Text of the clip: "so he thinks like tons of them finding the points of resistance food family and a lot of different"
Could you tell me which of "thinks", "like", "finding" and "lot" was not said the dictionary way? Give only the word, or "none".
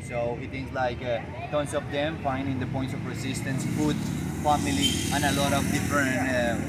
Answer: thinks